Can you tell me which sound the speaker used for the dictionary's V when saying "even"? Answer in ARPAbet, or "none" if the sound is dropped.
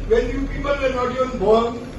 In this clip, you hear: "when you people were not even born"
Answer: none